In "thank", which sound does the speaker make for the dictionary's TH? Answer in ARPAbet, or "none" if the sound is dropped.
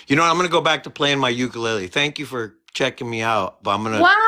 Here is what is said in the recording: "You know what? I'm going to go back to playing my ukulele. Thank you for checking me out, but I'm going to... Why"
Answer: TH